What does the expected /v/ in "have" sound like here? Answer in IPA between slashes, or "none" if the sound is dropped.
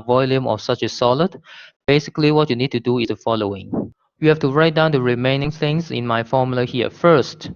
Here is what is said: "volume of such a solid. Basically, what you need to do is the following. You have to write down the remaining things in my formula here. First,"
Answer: /f/